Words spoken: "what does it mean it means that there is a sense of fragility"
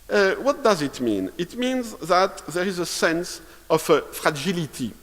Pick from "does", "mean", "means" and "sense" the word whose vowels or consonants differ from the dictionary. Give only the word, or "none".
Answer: none